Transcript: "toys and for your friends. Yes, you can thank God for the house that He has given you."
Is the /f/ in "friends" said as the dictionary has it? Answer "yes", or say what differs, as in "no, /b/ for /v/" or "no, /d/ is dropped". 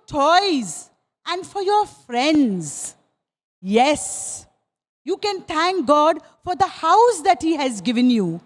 yes